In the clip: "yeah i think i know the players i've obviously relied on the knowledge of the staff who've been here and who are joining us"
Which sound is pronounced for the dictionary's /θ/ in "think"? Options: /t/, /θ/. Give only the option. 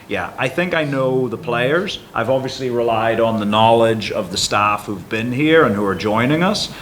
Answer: /θ/